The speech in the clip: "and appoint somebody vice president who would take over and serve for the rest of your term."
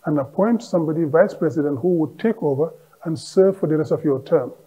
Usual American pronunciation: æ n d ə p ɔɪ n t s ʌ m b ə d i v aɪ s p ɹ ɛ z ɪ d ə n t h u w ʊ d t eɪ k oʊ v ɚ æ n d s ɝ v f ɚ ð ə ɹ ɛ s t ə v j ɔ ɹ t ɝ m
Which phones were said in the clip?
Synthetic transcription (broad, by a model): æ n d ə p ɔɪ n t s ʌ m b ə d i v aɪ s p ɹ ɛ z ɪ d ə n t h u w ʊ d t eɪ k oʊ v ɚ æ n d s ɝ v f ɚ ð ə ɹ ɛ s t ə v j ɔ t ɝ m